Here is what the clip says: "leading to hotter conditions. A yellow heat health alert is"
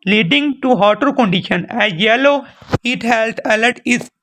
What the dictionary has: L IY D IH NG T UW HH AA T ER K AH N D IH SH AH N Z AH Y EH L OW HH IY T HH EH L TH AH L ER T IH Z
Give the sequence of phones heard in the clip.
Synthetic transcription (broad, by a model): L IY D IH NG T UW HH AA T ER K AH N D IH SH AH N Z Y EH L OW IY T HH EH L T AH L ER T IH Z